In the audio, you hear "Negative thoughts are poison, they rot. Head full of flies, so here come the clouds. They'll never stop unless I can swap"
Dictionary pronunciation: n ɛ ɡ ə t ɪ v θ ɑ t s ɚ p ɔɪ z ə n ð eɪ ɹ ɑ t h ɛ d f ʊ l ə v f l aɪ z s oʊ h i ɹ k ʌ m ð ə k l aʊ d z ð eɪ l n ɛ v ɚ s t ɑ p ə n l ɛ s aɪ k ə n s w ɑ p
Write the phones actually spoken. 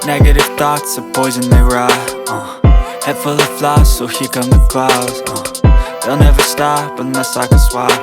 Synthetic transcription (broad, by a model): n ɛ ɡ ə t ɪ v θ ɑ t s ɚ p ɔɪ z ə n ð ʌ ɹ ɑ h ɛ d f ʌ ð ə f l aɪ s oʊ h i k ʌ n ð ə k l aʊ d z ð eɪ l n ɛ v ɚ s t ɑ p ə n ʌ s aɪ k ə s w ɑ